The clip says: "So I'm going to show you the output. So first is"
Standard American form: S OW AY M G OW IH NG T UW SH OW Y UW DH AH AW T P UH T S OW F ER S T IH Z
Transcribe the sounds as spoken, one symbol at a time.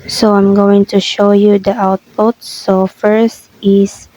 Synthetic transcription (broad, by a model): S OW AY M G OW IH NG T UW SH OW Y UW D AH AW T P UH T S OW F ER S T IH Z